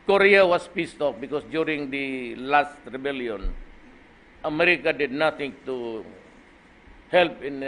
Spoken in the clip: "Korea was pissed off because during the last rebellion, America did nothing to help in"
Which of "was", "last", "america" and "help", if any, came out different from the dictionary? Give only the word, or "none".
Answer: was